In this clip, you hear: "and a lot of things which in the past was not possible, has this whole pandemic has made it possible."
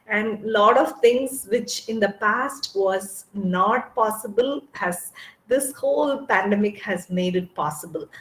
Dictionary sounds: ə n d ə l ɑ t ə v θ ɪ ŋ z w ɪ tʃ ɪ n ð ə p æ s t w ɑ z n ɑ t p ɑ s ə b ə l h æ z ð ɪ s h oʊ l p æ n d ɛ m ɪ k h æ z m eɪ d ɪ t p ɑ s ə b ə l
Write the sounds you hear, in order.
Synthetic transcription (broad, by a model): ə n d l ɑ t ə v t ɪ ŋ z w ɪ tʃ ɪ n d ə p æ s t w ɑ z n ɑ t p ɑ s ə b ə l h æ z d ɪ s h oʊ l p æ n d ɛ m ɪ k h æ z m eɪ d ɪ t p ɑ s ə b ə l